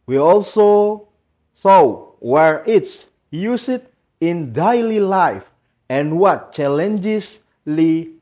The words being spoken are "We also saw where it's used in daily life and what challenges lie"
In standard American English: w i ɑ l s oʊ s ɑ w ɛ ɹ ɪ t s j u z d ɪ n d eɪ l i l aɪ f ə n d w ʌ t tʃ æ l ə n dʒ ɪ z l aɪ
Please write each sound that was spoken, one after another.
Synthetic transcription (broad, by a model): w i ɑ l s oʊ s ɑ w ɛ ɹ ɪ t s j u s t ɪ n d eɪ l i l aɪ f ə n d w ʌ t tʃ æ l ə n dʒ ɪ s l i